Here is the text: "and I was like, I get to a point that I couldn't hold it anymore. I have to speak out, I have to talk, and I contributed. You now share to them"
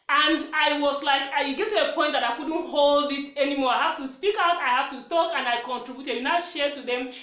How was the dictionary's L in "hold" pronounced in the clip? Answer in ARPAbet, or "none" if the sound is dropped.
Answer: L